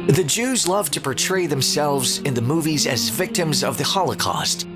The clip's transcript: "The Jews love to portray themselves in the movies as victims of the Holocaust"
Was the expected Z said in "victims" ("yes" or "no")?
yes